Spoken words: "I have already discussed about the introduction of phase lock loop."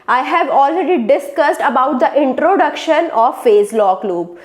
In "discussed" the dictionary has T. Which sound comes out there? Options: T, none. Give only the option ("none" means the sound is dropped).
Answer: T